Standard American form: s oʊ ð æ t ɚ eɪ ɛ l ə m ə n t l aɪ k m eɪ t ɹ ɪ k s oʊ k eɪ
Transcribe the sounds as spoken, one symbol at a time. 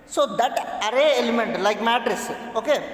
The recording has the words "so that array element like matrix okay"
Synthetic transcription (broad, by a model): s oʊ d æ t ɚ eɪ ɛ l ə m ə n t l aɪ k m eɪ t ɹ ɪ s oʊ k eɪ